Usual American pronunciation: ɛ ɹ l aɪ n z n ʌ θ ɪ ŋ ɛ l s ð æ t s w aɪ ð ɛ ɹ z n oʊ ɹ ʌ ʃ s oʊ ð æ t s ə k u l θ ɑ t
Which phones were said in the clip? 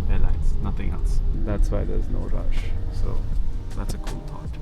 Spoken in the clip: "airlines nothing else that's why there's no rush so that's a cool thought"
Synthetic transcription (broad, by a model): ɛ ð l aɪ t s n ʌ θ ɪ ŋ ɛ l s ð æ t s w aɪ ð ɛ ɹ z n oʊ ɹ ʌ ʃ s oʊ ð æ t s ə k u l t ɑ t